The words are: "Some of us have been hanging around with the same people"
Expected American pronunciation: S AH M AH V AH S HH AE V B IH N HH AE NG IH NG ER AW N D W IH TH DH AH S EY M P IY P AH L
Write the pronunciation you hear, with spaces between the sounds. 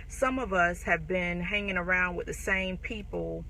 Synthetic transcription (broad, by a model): S AH M AH V AH S HH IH V B IH N HH AE NG IH NG ER AW N D W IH DH AH S EY M P IY P L